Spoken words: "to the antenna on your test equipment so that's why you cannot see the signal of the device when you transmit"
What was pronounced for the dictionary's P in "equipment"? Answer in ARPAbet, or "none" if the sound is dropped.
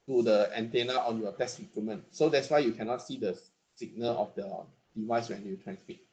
none